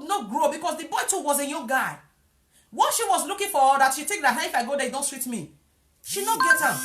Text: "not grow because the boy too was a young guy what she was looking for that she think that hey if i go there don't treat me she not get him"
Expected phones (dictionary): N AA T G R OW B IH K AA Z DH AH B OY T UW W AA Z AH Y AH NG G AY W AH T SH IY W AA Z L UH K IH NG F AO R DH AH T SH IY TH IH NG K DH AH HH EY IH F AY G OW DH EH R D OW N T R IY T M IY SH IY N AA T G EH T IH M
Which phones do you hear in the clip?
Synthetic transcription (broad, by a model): N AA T G R OW B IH K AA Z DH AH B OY T UW W AA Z AH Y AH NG G AY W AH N SH IY W AA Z L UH K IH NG F AO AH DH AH T SH IY T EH K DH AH HH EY IH F AY G OW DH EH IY D OW N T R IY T M IY SH IY N AA T G EH T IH